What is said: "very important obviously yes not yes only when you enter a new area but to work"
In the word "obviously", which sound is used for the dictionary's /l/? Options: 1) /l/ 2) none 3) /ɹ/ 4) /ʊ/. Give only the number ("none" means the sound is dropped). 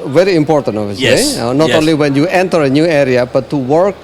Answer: 2